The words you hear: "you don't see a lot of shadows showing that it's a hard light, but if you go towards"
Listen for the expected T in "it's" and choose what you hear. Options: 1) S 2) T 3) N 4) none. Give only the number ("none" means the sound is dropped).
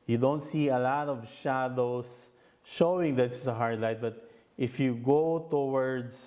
1